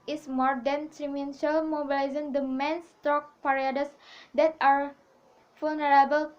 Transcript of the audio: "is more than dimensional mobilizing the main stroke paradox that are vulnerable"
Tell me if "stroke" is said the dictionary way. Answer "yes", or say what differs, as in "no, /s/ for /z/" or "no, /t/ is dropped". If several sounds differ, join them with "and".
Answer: no, /ɹ/ is dropped